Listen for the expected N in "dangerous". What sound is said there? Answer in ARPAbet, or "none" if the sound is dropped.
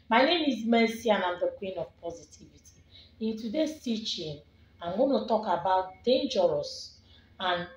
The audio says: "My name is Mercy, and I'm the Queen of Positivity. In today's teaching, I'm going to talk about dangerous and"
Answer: N